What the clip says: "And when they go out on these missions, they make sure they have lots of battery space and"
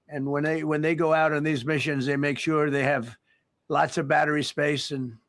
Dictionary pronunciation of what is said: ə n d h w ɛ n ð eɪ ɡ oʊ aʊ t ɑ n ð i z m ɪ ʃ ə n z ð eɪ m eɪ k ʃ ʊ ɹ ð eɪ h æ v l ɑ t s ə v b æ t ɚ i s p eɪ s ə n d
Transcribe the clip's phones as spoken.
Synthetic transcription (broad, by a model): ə n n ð w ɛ n ð eɪ ɡ oʊ aʊ t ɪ n ð i z m ɪ ʃ ə n z ð eɪ m eɪ k ʃ ʊ ɹ ð eɪ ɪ v l ɑ t s ə v b æ t ɚ i s p eɪ s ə n